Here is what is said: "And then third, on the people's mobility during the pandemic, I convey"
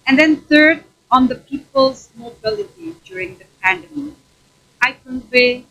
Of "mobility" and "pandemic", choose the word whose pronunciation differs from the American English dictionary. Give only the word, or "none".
pandemic